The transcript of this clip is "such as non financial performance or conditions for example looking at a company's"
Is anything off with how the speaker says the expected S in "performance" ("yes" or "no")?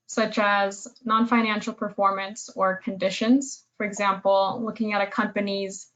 no